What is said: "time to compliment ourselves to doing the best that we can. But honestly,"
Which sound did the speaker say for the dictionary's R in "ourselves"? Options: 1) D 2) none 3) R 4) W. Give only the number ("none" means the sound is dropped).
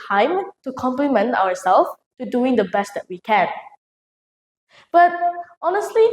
4